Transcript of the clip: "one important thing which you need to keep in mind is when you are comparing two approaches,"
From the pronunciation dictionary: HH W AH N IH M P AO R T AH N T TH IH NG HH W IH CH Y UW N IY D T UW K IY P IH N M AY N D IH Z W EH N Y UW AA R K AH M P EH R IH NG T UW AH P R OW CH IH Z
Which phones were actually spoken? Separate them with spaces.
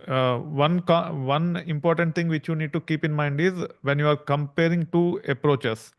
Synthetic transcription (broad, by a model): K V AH N IH M P AO R T AH N T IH NG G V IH CH Y UW N IY D T UW K IY P IH N M AY N D IH Z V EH N Y UW AA R K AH M P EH R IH NG T UW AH P R OW CH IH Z